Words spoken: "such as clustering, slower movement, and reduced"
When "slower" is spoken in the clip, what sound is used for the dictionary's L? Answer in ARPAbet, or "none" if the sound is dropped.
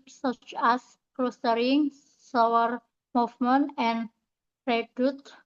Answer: none